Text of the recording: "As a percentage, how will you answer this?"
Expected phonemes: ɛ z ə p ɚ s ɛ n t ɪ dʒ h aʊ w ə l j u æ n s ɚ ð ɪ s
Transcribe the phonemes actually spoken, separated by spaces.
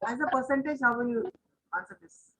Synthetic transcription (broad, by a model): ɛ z ə p ɚ s ɛ n t ɪ dʒ h aʊ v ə n j u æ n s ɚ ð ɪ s